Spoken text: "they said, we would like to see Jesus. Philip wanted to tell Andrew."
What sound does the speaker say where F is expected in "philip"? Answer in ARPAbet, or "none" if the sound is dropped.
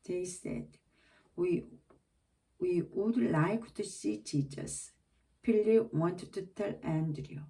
P